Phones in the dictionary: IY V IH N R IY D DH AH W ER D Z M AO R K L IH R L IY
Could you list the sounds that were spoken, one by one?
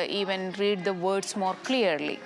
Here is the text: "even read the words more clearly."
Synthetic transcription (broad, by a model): IY V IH N R IY D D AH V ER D S M AO R K L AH R L IY